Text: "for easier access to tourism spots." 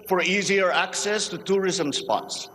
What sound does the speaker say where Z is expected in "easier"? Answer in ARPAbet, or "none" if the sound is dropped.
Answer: Z